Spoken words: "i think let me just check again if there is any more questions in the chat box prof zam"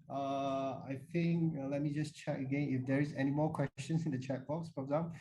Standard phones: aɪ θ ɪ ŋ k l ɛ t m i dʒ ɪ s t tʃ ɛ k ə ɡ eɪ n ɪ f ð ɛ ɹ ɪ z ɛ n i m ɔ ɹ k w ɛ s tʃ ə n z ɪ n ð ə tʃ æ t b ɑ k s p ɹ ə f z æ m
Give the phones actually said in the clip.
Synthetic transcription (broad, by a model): aɪ θ ɪ ŋ k l ɛ t m i dʒ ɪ s tʃ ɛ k ə ɡ eɪ n ɪ f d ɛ ɹ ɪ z ɛ n i m ɔ k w ɛ s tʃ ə n s ɪ n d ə tʃ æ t b ɑ k s f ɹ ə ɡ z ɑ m